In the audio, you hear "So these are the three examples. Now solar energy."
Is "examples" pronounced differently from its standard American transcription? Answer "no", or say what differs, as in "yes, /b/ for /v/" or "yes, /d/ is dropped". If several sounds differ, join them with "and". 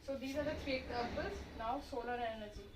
yes, /m/ is dropped